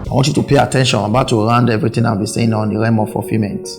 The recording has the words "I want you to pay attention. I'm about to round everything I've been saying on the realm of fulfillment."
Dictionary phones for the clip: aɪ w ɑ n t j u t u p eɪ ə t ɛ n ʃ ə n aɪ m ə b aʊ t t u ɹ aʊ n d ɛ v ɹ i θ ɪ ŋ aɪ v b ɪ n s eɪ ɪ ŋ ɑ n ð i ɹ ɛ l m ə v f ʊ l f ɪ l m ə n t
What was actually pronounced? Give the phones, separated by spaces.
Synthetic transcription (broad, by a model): aɪ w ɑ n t j u t u p eɪ ə t ɛ n ʃ ə n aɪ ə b aʊ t t u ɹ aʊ n d ɛ v ɹ i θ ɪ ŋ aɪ w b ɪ s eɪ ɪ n ɑ n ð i ɹ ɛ m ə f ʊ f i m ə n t